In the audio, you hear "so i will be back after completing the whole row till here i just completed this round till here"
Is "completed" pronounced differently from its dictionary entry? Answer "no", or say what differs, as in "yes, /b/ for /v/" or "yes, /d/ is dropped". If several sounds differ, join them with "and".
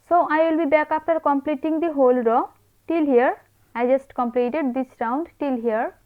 no